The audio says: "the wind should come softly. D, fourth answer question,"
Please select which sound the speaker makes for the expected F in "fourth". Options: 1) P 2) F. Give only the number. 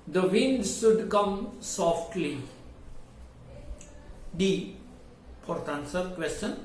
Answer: 1